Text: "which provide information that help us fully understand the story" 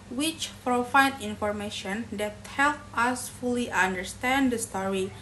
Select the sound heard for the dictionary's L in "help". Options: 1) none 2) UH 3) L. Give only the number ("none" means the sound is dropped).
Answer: 3